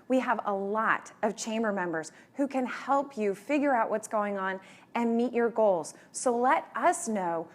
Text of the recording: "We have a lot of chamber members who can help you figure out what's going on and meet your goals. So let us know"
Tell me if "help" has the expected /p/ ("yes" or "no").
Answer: yes